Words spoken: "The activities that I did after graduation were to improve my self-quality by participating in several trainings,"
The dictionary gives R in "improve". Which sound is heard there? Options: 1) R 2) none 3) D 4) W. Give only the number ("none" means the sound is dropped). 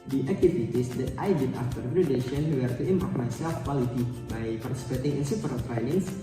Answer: 2